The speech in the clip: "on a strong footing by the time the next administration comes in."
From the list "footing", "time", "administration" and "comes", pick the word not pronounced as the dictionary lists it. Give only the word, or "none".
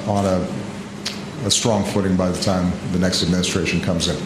none